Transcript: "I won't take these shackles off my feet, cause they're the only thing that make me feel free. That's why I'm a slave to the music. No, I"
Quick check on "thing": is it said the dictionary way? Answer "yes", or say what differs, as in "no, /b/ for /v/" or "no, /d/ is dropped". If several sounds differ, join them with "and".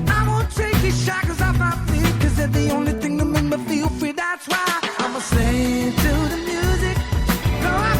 yes